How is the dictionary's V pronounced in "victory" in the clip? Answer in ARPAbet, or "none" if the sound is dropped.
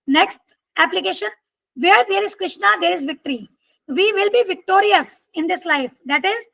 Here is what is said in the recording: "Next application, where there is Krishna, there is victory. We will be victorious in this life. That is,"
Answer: V